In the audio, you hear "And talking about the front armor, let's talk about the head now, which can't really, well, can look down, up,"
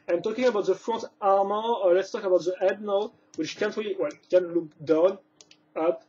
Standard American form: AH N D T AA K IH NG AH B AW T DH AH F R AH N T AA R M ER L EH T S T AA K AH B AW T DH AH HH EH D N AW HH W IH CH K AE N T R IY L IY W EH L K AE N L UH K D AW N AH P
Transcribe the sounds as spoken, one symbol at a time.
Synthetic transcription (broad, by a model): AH N T AA K IH NG AH B AW T DH AH F R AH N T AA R M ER L EH T S T AA K AH B AW T DH AH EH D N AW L W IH CH K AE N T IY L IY W EH L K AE N L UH K D AW N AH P